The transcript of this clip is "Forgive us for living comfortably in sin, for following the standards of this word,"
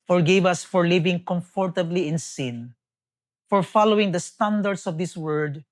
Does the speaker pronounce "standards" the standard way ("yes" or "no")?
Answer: no